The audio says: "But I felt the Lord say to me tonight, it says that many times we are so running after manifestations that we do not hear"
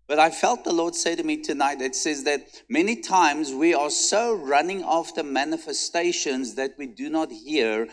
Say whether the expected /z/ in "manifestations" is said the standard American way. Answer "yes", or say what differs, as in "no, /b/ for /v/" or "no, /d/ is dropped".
yes